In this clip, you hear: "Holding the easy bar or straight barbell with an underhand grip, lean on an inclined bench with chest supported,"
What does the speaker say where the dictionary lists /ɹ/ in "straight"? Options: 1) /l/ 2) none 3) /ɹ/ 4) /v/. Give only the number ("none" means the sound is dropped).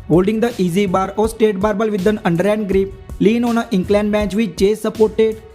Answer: 2